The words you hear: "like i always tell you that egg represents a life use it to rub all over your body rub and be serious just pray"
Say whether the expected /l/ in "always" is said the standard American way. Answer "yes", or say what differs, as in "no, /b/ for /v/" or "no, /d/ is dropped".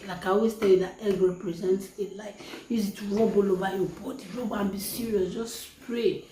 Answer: no, /l/ is dropped